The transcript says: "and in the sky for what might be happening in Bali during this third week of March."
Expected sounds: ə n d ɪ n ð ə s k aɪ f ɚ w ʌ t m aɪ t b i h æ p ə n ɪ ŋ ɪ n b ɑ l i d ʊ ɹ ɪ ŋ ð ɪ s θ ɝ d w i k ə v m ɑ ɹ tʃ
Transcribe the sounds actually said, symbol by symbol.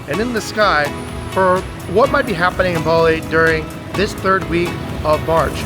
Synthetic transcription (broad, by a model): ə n ɪ n ð ə s k aɪ f ɚ w ʌ t m aɪ t b i h æ p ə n ɪ ŋ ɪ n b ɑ l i d ʊ ɹ ɪ ŋ ð ɪ s θ ɝ d w i k ə v m ɑ ɹ tʃ